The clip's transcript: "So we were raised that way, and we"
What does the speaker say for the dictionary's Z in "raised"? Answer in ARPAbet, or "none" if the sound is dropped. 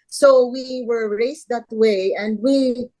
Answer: S